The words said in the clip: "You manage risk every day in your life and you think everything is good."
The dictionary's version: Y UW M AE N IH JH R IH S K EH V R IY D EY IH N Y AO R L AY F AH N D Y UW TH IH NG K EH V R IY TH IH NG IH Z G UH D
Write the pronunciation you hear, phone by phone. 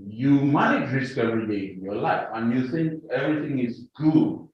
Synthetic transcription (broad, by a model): Y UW M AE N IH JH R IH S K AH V IY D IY IH N Y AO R L AY F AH N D Y UW TH IH NG K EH V R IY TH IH NG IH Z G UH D